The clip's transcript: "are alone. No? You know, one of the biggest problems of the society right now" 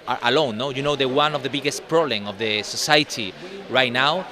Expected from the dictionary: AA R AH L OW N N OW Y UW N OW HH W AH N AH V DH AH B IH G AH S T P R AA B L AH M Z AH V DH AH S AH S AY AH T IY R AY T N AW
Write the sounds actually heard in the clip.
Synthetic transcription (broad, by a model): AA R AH L OW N N OW Y UW N OW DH W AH N AH V DH AH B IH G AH S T P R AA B L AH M AH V DH AH S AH S AY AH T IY R AY T N AW